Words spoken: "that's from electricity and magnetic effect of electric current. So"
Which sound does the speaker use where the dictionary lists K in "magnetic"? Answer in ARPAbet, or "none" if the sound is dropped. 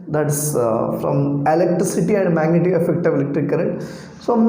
none